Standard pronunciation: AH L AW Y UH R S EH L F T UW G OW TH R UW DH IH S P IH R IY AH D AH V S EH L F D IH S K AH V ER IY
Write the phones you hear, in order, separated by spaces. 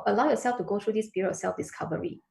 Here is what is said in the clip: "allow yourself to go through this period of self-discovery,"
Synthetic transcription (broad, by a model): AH L AW Y UH R S EH L F T UW G OW T R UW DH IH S B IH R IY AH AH S EH L F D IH S K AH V ER IY